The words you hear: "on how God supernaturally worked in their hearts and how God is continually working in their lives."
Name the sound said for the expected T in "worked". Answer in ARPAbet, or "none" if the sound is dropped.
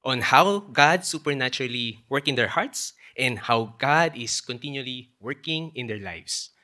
none